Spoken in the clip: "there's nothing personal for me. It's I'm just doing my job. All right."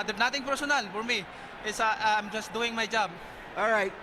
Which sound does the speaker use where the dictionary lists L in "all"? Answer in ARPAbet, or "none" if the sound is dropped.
L